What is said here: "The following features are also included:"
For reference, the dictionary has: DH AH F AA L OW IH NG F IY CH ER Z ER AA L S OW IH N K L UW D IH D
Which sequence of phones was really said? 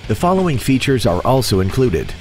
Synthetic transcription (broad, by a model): DH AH F AA L OW IH NG F IY CH ER Z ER AA L S OW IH N K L UW D IH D